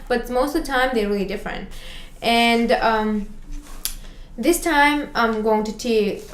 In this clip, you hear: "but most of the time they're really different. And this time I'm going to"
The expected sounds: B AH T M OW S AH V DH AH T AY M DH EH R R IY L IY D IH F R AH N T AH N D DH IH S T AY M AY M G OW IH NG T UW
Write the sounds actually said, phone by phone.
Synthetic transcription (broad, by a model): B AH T M OW AH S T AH T AY M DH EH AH R IY L IY D IH F R AH N T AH N D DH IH S T AY M AY M G OW IH NG T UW